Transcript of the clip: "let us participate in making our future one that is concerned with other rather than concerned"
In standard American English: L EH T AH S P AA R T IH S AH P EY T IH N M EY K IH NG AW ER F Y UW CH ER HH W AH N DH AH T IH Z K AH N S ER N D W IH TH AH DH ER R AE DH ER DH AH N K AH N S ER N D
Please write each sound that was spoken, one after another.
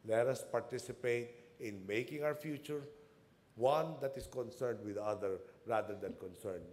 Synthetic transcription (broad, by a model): L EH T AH S P AA R T IH S AH P EY T IH N M EY K IH NG AW ER F Y UW CH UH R W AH N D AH T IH S K AH N S ER N D W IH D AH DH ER R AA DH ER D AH N K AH N S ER N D